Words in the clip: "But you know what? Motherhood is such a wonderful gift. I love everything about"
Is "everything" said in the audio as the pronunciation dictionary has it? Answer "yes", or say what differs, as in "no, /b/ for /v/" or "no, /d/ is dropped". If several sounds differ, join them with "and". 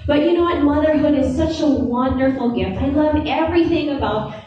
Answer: yes